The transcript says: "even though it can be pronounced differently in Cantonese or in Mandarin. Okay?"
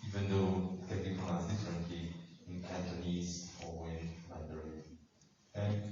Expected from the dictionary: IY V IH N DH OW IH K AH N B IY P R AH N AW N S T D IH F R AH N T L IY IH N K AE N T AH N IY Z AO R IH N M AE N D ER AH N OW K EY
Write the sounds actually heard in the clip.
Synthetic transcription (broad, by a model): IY V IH N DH OW IH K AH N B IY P AH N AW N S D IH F R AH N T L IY IH N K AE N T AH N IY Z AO W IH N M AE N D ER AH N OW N